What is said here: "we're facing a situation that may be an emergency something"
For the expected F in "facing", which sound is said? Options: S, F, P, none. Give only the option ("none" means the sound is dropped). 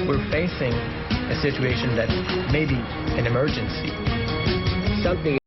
F